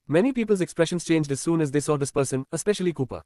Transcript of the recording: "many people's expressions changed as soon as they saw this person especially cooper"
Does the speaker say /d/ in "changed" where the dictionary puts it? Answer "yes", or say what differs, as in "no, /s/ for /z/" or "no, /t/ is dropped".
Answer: yes